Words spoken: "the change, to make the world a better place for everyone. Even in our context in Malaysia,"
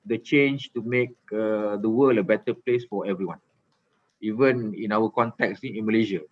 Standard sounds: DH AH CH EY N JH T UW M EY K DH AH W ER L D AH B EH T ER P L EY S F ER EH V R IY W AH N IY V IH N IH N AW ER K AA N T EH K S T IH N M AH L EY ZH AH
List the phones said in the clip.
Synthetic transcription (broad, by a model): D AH CH EY N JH T UW M EY K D AH W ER L AH B EH T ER P L EY S F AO EH V R IY W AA N IY V IH N IH N AW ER K AA N T EH K S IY IH N M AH L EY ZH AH